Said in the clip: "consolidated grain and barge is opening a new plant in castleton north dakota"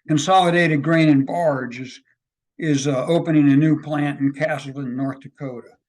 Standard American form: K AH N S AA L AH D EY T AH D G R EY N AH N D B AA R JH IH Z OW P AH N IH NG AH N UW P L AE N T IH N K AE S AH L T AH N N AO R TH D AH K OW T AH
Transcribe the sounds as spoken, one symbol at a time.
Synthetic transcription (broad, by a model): K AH N S AA L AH D EY T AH D G R EY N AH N B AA R JH IH Z OW P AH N IH NG AH N UW P L AE N T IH N K AE S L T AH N N AO R TH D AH K OW T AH